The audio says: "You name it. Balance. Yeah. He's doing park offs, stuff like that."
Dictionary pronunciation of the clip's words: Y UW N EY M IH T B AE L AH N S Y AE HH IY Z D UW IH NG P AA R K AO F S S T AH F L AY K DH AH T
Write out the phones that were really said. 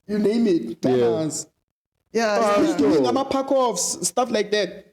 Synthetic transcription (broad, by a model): Y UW N EY M IH T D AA AH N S Y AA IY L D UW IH NG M AA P K AO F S S T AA F L AY K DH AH T